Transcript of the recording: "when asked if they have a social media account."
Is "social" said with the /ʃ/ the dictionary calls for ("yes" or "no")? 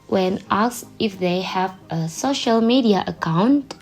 yes